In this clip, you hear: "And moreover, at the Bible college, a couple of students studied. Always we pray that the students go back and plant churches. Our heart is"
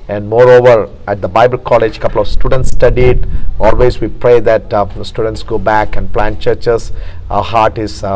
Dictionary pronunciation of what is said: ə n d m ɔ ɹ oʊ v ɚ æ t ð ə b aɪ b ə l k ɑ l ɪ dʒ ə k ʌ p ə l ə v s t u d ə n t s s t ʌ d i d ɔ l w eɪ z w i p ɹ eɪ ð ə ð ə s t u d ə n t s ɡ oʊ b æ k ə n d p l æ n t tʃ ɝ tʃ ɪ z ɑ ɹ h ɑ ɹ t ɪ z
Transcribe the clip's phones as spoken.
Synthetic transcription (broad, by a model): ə n d m ɔ ɹ oʊ v ɚ æ t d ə b aɪ b ə l k ɑ l ɪ dʒ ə k ʌ p ə l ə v s t u d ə n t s s t ʌ d i d ɔ l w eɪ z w i p ɹ eɪ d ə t s t u d ə n t s ɡ oʊ b æ k ə n d p l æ n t tʃ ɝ tʃ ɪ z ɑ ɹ h ɑ ɹ t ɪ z